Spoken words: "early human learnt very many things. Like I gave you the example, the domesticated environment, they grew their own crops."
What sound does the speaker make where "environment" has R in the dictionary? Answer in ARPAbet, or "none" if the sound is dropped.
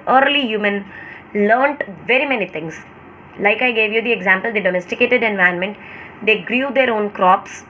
none